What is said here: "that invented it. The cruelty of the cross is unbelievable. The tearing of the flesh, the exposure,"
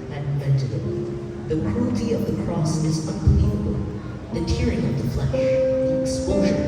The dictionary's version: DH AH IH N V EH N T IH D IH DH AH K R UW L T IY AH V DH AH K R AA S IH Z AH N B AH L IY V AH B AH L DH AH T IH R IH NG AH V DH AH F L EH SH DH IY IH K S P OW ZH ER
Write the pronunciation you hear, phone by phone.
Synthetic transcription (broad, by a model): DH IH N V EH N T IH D IH DH AH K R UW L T IY AH V DH AH K R AA S IH Z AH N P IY AH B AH L DH AH T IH R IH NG AH V DH AH F L EH SH DH IY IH K S P OW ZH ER